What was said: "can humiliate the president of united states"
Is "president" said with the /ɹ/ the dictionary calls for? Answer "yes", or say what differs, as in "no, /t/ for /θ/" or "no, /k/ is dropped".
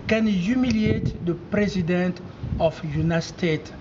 yes